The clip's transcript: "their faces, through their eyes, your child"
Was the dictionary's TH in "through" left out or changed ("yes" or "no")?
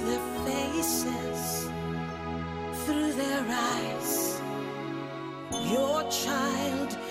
no